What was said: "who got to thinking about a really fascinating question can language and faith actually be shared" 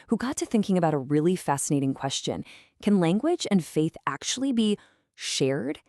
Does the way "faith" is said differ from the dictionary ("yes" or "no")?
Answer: no